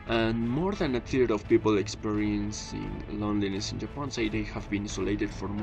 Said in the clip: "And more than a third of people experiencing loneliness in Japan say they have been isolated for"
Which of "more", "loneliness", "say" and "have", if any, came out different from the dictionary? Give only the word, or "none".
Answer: none